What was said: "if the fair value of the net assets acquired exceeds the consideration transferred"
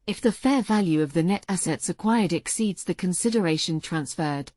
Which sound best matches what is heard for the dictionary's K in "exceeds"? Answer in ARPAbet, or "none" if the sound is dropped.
K